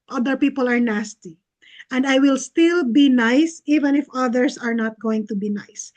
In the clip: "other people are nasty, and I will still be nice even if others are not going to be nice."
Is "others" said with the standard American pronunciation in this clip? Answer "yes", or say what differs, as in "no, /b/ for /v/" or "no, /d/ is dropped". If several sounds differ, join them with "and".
no, /s/ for /z/